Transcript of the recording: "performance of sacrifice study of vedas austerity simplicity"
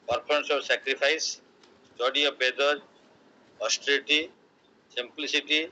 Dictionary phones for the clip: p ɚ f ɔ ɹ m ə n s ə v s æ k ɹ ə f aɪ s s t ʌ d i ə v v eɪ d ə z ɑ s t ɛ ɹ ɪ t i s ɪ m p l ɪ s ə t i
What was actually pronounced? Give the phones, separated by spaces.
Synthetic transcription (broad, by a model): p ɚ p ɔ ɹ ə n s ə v s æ k ɹ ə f aɪ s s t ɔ d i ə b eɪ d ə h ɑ s t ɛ l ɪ t i s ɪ m p l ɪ s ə t i